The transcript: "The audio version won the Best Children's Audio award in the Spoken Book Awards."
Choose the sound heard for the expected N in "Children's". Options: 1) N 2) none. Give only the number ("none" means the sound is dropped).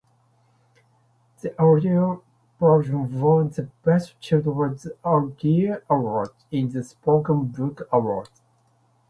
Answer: 2